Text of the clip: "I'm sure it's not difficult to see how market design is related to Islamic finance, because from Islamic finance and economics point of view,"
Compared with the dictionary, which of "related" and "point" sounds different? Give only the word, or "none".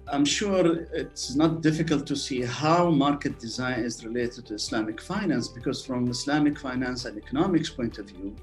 none